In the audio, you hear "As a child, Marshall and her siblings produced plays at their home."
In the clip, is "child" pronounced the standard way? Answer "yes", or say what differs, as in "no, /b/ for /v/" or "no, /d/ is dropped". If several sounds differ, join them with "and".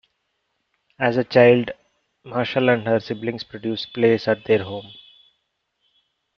yes